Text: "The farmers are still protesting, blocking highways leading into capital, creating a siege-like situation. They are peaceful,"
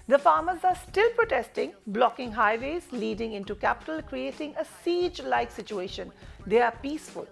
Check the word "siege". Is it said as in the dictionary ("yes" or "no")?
yes